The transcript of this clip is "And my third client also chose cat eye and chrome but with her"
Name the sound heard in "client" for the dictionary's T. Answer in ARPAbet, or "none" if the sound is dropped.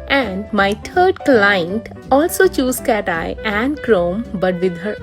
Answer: T